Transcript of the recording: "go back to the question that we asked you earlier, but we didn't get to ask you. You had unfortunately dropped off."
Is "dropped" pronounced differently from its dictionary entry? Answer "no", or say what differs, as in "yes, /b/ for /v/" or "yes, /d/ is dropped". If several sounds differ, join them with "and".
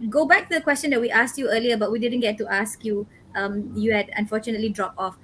yes, /t/ is dropped